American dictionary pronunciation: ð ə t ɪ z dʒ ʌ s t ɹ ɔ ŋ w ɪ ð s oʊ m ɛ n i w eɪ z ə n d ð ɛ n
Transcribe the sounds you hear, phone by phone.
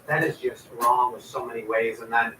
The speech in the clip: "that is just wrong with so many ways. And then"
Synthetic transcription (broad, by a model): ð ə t ɪ z dʒ ʌ s t ɹ ɔ ŋ w ɪ ð s oʊ m ɛ n i w eɪ z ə n ð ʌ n